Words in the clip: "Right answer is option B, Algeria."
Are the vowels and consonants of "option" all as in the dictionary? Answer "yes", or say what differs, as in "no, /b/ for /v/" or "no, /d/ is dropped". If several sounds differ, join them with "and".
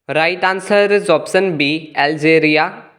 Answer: no, /s/ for /ʃ/